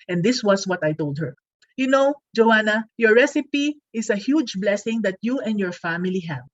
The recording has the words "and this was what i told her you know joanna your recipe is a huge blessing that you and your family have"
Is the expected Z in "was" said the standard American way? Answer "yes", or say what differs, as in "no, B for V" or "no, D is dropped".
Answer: no, S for Z